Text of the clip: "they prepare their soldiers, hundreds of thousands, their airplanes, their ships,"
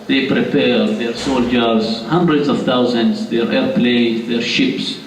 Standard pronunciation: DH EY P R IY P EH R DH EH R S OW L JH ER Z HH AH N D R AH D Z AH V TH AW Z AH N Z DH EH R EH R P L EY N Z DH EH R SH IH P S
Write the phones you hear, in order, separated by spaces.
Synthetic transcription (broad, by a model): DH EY P R IY P EH R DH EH R S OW L JH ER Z HH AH N D R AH D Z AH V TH AW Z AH N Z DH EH R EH R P L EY Z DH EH R SH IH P S